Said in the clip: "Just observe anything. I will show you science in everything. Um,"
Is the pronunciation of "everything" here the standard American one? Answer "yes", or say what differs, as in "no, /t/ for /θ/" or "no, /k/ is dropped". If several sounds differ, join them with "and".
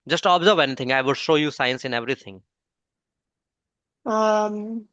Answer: no, /t/ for /θ/